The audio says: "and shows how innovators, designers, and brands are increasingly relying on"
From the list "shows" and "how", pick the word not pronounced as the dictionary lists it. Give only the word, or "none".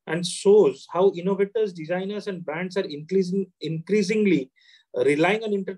shows